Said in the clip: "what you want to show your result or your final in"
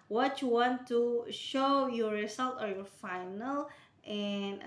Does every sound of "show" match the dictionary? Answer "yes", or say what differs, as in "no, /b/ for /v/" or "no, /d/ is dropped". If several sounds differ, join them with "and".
yes